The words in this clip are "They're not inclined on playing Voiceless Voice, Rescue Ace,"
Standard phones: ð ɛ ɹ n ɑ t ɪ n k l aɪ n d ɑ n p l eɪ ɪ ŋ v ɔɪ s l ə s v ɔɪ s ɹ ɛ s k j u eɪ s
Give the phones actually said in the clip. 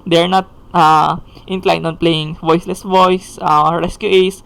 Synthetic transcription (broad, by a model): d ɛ ɹ n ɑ t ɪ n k l aɪ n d ɑ n p l eɪ ɪ ŋ v ɔɪ s l ə s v ɔɪ s ɹ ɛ s k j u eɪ s